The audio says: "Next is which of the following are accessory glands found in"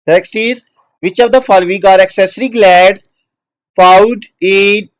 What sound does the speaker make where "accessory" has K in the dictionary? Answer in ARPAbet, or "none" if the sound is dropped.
K